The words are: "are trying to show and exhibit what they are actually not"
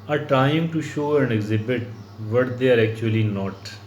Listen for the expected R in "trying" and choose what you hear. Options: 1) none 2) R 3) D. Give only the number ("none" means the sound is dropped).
1